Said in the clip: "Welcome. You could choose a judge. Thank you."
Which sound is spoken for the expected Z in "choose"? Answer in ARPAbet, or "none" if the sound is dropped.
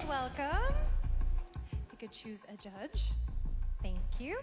Z